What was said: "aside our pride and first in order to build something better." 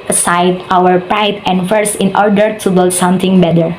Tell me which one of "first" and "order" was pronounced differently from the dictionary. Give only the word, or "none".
first